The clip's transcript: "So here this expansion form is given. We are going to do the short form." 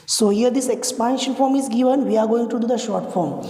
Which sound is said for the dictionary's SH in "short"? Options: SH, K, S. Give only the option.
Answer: SH